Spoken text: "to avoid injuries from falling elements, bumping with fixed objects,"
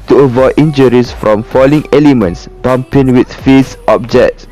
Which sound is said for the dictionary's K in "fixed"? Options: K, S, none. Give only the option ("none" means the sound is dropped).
none